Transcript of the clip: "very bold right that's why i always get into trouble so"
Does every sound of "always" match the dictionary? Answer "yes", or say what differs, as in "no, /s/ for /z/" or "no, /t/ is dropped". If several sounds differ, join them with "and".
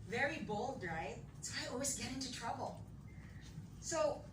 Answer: yes